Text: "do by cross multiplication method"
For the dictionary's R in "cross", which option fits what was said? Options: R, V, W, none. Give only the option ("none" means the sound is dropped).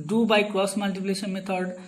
none